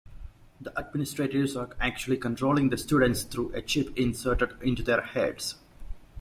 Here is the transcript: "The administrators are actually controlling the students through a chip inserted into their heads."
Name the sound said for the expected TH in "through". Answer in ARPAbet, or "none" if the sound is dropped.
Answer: T